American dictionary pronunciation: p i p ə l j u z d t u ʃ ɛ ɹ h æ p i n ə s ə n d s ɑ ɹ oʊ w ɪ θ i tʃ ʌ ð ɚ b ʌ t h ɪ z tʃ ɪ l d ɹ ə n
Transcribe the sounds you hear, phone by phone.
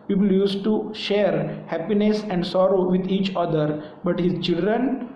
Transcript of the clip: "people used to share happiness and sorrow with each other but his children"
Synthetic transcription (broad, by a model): p i p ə l j u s t u ʃ ɛ ɹ h æ p i n ə s ə n d s ɑ ɹ oʊ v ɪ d i tʃ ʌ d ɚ b ʌ t h ɪ z tʃ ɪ l d ɹ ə n